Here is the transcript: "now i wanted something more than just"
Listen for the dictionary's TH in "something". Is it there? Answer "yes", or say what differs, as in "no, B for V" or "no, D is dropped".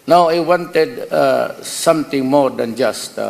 no, T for TH